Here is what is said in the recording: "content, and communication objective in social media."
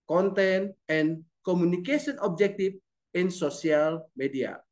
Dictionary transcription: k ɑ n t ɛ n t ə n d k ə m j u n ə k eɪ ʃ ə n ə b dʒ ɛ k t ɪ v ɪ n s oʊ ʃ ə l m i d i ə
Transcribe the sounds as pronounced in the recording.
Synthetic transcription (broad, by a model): k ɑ n t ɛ n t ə n k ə m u n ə k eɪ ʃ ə n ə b dʒ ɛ k t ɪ f ɪ n s oʊ s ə l m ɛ d i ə